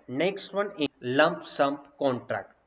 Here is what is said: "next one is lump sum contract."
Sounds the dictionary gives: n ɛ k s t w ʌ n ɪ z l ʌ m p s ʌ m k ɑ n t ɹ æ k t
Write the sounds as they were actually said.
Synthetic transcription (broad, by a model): n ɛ k s t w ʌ n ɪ l ʌ m p s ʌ m k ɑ n t ɹ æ k t